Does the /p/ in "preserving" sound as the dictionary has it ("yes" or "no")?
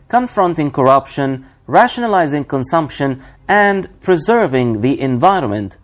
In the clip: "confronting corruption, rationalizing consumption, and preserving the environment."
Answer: yes